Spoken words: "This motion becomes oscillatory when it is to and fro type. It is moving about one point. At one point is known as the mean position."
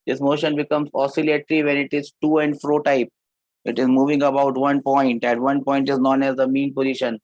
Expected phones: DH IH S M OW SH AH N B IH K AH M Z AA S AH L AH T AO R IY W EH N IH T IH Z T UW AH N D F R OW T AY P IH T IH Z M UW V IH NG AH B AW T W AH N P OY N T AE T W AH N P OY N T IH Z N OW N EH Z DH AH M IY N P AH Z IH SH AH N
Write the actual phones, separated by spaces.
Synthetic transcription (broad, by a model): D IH S M OW SH AH N B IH K AH M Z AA S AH L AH T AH R IY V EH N IH T IH Z T UW AH N D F R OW T AY P IH T IH Z M UW V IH NG AH B AW T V AH N P OY N T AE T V AH N P OY N T IH Z N OW N EH Z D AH M IY N P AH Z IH SH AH N